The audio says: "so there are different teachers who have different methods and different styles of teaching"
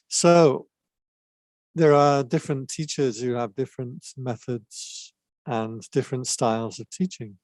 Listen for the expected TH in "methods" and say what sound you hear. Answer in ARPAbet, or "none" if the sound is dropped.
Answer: TH